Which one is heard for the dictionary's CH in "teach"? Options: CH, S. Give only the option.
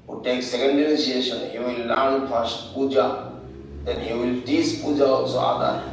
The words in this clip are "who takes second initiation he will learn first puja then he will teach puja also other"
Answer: S